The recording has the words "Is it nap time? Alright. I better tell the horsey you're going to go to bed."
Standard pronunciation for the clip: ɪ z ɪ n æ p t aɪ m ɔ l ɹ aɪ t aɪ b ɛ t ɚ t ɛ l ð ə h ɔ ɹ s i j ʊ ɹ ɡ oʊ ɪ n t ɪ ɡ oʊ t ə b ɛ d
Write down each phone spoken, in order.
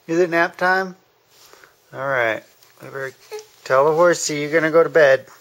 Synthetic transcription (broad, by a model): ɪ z ɪ n æ p t aɪ m ɔ l ɹ aɪ t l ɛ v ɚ t ɛ l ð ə h ɔ ɹ s i j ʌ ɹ ɡ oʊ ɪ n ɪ ɡ oʊ t ə b ɛ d